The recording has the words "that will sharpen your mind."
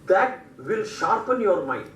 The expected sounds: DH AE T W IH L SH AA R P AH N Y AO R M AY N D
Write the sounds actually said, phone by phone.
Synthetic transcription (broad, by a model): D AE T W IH L SH AA R P AH N Y AO R M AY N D